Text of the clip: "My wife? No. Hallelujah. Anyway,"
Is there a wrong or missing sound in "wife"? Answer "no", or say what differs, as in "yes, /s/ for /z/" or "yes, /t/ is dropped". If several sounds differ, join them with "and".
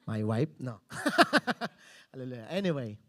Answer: yes, /p/ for /f/